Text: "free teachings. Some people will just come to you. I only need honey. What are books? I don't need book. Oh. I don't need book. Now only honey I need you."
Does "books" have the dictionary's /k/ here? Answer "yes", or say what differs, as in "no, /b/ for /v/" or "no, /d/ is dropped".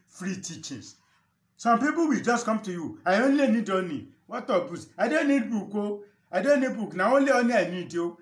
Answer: no, /k/ is dropped